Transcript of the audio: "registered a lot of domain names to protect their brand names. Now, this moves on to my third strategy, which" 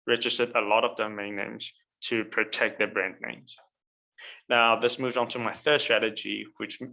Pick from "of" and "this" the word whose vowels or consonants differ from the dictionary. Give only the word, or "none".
none